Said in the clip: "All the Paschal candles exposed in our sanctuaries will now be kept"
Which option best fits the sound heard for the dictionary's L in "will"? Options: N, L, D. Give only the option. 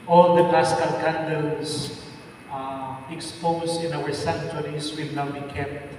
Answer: L